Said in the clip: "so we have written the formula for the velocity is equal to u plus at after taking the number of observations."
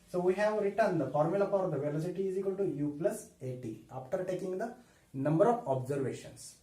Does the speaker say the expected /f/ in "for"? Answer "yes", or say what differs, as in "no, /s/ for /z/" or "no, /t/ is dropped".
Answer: no, /p/ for /f/